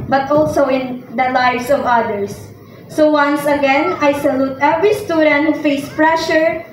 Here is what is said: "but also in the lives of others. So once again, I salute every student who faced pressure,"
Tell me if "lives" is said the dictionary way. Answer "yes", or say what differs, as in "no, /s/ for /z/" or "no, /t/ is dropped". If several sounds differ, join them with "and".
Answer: no, /s/ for /z/